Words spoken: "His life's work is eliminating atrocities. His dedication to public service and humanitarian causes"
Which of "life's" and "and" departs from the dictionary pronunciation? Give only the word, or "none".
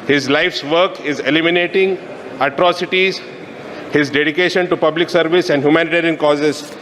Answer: none